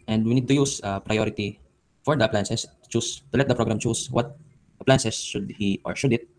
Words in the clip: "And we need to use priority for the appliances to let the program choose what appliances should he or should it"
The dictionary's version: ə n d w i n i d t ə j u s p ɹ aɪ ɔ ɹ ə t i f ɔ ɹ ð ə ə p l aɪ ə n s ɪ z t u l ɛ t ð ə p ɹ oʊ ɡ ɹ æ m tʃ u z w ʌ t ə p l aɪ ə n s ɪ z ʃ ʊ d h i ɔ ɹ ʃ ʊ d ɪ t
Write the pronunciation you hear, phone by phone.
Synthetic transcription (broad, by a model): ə n d w i n i d t ə j u s p ɹ aɪ ɔ ɹ ə t i f ɔ ɹ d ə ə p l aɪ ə n s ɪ s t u l ɛ t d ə p ɹ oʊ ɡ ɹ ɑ m tʃ u s w ʌ t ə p l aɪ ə n s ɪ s ʃ ʊ d h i ɔ ɹ ʃ ʊ d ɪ t